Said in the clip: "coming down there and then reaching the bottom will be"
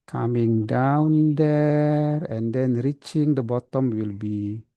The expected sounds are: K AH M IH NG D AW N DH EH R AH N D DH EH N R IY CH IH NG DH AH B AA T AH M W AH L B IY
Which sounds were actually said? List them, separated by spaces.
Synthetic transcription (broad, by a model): K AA M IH NG D AW N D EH R AH N D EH N R IY CH IH NG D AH B AA T AH M W AH L B IY